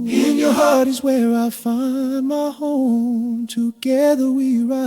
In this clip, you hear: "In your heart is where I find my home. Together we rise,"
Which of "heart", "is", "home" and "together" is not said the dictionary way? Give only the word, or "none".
none